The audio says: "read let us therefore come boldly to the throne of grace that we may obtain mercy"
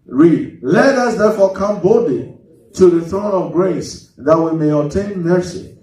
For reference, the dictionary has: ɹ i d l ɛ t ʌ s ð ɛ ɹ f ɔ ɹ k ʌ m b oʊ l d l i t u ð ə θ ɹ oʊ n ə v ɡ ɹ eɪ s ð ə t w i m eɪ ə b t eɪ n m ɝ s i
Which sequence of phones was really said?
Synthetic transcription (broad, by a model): ɹ i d l ɛ t ʌ s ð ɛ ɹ f ɔ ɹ k ʌ m b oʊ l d l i t u ð ə θ ɹ oʊ n ə v ɡ ɹ eɪ s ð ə t w i m eɪ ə t eɪ n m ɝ s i